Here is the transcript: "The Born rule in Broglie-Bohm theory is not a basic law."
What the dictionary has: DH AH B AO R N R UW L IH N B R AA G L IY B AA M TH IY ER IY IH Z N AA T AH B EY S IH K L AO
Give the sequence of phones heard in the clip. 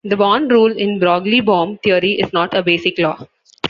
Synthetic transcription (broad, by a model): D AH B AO N R UW L IH N B R AA G L IY B AA M T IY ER IY IH Z N AA T AH B EY S IH K L AO